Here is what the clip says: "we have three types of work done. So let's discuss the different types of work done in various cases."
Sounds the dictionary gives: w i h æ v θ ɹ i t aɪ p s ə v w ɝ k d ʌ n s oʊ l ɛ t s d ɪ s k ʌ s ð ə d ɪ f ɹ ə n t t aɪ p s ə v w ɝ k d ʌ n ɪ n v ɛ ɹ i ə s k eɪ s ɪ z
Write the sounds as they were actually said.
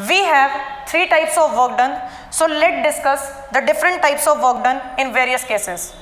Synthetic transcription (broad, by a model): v i h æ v t ɹ i t aɪ p s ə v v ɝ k d ʌ n s oʊ l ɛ t d ɪ s k ʌ s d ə d ɪ f ɹ ə n t t aɪ p s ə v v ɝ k d ʌ n ɪ n v ɛ ɹ i ə s k eɪ s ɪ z